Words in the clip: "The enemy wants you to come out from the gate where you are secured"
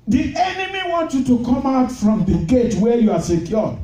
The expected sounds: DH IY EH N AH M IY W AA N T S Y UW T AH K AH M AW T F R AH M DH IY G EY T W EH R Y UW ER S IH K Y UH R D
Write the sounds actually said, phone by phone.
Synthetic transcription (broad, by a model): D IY EH N AH M IY W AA N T Y UW T AH K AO M AW T F R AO M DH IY G EY T W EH Y UW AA S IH K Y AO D